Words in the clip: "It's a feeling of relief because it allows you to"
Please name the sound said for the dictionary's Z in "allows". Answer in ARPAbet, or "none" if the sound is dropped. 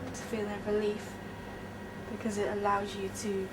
Z